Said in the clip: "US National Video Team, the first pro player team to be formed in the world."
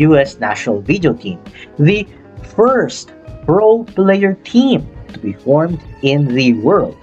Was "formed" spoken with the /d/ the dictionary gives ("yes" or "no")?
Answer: yes